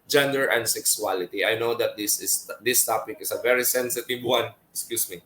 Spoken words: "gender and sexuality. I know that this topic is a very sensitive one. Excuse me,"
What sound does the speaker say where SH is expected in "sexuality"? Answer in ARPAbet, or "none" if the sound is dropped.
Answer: S